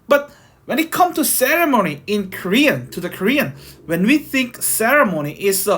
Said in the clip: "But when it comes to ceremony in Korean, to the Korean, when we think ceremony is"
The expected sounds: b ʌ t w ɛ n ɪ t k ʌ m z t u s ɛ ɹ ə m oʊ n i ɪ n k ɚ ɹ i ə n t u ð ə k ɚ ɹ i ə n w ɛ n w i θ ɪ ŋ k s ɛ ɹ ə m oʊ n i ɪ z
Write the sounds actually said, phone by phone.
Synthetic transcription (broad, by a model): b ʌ t w ɛ n ɪ t k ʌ m t u s ɛ ɹ ə m oʊ n i ɪ n k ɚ ɹ i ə n t u ð ə k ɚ ɹ i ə n w ɛ n w i θ ɪ ŋ k s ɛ ɹ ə m oʊ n i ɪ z